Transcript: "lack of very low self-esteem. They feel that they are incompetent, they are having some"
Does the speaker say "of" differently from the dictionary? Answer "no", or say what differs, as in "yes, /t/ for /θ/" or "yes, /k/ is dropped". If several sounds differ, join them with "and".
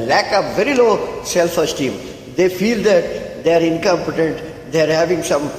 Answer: yes, /p/ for /v/